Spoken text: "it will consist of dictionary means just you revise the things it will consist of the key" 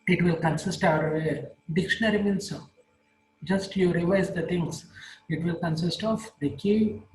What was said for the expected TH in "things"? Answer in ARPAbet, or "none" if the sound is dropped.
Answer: T